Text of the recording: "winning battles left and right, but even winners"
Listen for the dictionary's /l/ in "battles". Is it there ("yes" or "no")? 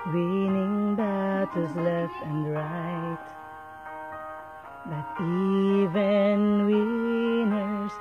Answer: no